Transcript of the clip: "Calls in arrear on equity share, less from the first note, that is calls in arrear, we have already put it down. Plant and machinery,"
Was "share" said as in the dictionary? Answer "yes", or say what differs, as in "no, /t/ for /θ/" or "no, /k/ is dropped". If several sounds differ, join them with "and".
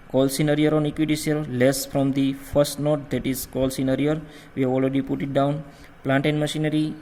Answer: no, /s/ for /ʃ/